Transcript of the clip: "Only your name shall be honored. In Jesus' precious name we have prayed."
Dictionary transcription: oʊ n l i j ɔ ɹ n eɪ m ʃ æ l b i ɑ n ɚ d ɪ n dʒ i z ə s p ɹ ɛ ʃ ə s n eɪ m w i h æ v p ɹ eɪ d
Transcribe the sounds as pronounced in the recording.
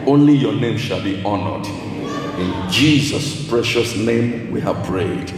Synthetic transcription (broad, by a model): oʊ n l i j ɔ n eɪ m ʃ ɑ l b i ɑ n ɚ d ɪ n dʒ i z ə s p ɹ ɛ ʃ ə s n eɪ m w i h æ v p ɹ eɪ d